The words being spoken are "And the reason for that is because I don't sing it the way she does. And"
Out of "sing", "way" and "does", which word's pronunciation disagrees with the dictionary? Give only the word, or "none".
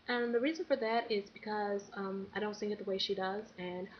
sing